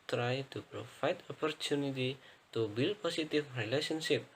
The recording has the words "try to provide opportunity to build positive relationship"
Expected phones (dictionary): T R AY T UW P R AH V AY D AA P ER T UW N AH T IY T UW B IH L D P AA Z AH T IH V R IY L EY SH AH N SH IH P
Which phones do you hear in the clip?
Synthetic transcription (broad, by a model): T R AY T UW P R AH F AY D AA P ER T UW N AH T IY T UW B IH L P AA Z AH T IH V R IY L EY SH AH N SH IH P